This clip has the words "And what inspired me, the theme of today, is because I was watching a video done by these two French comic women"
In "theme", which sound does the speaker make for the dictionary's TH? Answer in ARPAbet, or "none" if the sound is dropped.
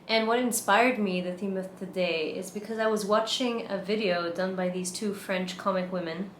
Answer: TH